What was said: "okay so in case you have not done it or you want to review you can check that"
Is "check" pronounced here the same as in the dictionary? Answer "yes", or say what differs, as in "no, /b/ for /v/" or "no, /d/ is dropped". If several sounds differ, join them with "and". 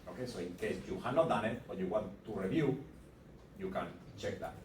yes